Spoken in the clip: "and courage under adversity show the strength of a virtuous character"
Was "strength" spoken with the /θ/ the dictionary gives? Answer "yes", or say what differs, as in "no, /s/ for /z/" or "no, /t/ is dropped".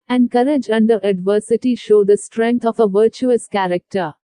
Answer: no, /t/ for /θ/